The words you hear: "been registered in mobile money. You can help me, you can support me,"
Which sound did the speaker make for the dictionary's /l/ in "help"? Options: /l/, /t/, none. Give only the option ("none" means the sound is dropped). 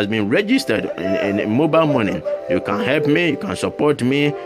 /l/